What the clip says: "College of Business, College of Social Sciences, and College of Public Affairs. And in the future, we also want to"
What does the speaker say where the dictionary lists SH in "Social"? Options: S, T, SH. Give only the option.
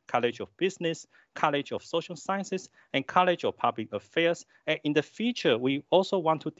SH